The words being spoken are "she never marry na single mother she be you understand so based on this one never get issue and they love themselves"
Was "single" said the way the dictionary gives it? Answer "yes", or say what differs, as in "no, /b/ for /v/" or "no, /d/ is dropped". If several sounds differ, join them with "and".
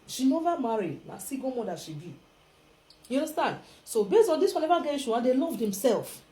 no, /ŋ/ is dropped